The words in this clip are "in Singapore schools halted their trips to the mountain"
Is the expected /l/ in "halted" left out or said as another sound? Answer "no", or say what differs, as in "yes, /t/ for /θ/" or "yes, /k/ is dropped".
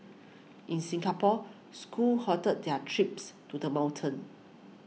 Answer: yes, /l/ is dropped